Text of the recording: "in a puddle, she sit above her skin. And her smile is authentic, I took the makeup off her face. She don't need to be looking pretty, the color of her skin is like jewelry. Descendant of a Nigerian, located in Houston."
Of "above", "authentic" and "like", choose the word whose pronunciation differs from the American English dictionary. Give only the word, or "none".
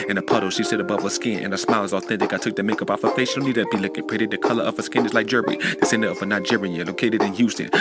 none